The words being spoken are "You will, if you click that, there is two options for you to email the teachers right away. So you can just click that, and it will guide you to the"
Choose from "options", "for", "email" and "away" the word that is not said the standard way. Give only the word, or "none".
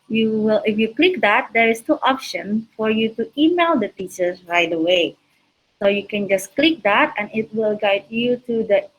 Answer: options